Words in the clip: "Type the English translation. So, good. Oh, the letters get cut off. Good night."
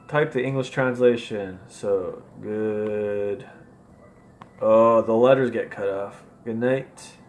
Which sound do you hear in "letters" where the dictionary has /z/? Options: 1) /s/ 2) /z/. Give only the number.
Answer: 2